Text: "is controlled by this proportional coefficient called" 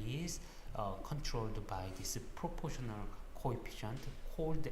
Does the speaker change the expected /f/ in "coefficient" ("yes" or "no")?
yes